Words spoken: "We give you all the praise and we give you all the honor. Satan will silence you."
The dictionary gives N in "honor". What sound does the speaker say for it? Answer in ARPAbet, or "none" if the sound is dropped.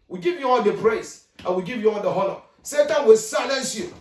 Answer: L